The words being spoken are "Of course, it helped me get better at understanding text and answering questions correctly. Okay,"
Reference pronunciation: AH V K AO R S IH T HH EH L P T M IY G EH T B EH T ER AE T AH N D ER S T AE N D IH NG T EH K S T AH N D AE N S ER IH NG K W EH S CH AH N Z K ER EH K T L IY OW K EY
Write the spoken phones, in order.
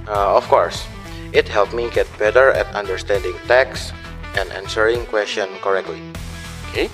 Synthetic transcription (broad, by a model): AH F K AO R S IH T HH EH L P M IY G EH T B EH T ER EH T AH N D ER S T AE N D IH NG T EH K S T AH N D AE N S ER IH NG K W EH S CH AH N K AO EH K T L IY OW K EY